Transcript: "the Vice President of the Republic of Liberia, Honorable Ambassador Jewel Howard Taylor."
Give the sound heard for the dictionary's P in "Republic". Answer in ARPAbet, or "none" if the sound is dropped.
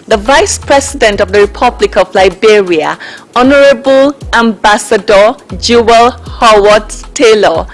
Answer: P